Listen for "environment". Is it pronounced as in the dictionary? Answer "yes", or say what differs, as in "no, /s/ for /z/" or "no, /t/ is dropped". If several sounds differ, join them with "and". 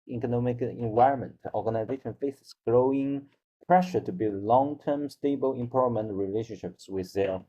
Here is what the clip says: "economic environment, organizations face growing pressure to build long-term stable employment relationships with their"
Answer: yes